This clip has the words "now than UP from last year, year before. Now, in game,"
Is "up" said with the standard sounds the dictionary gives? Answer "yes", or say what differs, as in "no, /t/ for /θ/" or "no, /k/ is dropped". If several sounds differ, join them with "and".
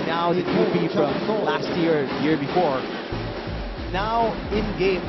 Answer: no, /b/ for /p/